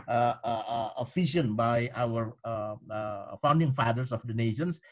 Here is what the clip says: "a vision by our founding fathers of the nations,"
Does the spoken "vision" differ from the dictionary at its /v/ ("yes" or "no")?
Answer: yes